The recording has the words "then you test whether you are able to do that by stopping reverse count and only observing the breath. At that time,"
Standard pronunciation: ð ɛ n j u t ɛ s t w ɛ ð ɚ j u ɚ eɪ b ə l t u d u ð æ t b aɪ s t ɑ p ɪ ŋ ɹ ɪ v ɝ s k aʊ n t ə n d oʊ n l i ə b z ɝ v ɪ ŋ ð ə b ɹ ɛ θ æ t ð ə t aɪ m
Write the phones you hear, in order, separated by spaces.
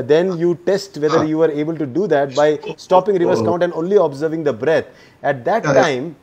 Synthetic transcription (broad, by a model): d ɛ n j u t ɛ s t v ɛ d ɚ j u ɚ eɪ b ə l t u d u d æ t b aɪ s t ɑ p ɪ ŋ ɹ ɪ v ɝ s k aʊ n t ə n d oʊ n l i ə b z ɝ v ɪ ŋ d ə b ɹ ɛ t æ t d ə t aɪ m